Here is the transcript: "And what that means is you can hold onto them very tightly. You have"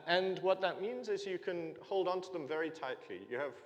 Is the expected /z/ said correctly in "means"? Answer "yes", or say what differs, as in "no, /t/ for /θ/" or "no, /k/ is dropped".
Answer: yes